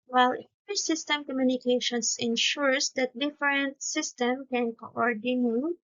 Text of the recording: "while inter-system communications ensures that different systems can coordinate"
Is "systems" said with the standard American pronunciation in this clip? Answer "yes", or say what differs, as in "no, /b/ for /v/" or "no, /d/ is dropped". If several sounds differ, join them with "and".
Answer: no, /z/ is dropped